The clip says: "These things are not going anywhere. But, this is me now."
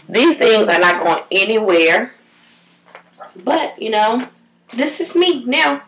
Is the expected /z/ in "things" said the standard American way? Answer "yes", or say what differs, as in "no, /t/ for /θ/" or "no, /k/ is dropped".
yes